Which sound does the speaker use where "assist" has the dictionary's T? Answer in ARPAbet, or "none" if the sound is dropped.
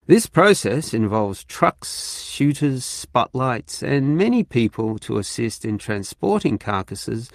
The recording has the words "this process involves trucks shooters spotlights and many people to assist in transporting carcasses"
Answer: T